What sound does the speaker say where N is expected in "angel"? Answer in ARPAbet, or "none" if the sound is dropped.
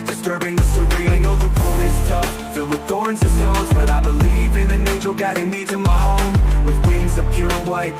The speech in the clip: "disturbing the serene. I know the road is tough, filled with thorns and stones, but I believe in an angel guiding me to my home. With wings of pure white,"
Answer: none